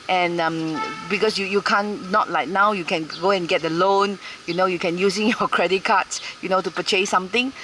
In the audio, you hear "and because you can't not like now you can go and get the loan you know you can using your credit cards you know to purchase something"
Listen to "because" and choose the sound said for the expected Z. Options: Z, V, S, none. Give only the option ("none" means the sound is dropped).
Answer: S